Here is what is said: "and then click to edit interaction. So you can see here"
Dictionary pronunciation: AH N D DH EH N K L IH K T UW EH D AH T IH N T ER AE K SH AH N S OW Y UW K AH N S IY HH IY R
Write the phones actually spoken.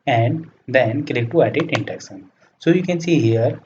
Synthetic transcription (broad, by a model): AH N D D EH N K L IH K T UW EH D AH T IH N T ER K S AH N S OW Y UW K AH N S IY HH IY R